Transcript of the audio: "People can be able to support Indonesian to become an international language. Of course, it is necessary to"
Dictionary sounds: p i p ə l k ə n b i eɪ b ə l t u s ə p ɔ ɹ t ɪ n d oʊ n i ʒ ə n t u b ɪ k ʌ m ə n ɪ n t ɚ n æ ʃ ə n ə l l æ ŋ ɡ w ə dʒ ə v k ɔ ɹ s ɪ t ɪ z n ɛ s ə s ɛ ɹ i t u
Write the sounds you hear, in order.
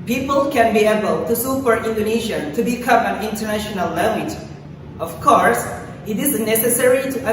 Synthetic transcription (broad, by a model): p i p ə l k ə n b i eɪ b ə l t u s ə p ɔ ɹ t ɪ n d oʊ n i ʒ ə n t u b ɪ k ʌ m ə n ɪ n t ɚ n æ ʃ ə n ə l l æ ŋ ɡ w ə dʒ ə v k ɔ ɹ s ɪ t ɪ z n ɛ s ə s ɛ ɹ i t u